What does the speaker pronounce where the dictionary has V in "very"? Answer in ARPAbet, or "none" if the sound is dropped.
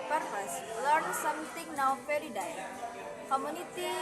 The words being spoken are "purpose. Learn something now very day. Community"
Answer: F